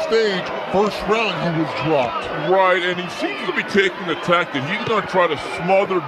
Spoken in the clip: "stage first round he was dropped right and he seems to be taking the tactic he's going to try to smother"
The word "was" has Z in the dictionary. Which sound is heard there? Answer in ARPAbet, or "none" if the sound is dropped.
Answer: Z